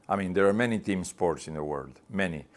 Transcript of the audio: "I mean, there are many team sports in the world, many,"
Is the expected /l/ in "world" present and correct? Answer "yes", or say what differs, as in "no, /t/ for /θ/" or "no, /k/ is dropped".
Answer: yes